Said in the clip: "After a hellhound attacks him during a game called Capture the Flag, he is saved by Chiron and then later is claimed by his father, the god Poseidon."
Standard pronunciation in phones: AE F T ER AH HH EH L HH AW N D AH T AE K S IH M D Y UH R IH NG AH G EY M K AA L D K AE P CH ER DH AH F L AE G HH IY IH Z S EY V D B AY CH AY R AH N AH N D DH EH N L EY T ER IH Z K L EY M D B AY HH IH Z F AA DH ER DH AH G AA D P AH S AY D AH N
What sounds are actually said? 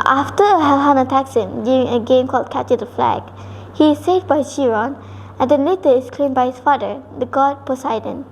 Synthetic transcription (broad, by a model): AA F T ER AH HH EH L HH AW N AH T AE K S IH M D Y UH R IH NG AH G EY M K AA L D K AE CH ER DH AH F L AE G HH IY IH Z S EY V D B AY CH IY R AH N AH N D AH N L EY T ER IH S K L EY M B AY HH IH S F AA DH ER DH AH G AA D P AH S AY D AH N